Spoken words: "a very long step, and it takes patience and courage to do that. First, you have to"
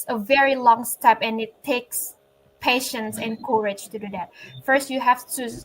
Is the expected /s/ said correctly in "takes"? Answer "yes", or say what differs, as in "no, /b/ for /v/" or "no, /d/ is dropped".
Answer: yes